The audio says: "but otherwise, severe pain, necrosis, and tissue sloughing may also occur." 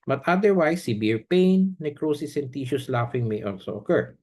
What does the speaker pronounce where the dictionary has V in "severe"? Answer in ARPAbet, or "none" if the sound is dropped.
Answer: B